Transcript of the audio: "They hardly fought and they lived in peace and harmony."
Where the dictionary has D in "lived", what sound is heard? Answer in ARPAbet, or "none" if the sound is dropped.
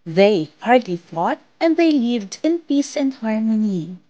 D